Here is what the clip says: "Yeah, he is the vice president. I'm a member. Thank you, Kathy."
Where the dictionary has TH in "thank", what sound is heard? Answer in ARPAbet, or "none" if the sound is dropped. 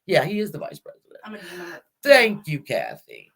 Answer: TH